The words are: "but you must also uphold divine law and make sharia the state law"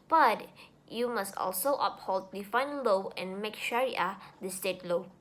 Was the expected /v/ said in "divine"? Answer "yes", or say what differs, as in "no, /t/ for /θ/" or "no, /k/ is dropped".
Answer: no, /f/ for /v/